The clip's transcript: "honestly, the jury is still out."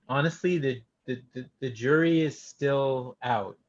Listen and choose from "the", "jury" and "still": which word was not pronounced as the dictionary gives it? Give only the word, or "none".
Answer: none